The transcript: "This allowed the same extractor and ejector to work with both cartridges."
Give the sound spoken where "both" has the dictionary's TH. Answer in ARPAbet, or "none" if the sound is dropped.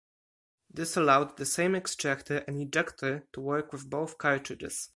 TH